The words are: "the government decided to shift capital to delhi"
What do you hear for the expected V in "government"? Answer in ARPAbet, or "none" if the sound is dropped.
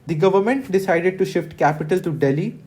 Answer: V